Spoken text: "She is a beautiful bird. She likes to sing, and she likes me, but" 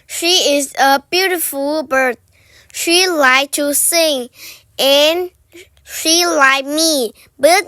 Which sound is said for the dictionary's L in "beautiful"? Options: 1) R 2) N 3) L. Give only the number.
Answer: 3